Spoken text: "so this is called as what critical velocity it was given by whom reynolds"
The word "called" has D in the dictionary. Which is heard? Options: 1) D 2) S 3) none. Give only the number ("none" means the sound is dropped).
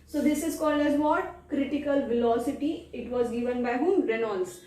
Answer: 1